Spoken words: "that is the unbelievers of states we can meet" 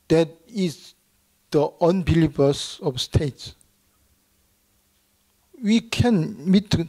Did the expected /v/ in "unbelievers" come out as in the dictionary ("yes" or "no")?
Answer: no